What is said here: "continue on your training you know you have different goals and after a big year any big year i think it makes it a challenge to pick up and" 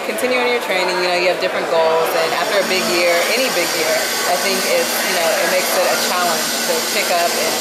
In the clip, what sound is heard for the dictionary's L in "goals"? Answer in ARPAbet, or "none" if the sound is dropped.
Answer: L